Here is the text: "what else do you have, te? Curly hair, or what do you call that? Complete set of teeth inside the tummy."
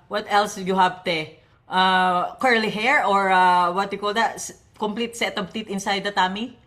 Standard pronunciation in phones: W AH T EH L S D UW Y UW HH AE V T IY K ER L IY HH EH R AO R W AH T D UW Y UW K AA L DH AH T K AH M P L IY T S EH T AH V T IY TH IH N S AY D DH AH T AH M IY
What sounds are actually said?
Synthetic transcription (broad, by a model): W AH T EH L S Y UW HH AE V T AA K ER L IY HH EH R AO R W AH T Y UW K AA L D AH T K AH M P L IY T S EH T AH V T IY T IH N S AY D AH T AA M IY